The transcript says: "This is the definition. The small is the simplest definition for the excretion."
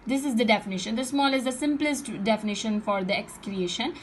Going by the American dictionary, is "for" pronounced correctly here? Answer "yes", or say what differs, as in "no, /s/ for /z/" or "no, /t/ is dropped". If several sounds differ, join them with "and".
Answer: yes